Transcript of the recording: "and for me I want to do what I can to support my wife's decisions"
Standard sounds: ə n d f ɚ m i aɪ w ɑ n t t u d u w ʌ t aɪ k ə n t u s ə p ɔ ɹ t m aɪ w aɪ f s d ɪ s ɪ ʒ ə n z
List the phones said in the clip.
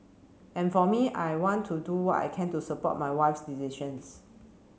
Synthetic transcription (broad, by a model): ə n f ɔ m i aɪ w ɑ n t t u d u w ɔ t aɪ k ə n t u s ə p ɔ t m aɪ w aɪ f s d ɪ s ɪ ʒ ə n s